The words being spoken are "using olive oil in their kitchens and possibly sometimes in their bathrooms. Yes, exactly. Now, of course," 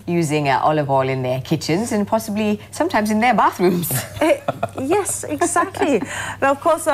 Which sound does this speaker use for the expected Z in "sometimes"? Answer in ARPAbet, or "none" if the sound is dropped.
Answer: Z